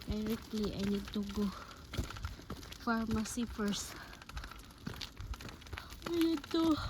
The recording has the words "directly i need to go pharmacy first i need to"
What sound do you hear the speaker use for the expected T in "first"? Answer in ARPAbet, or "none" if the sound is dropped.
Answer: none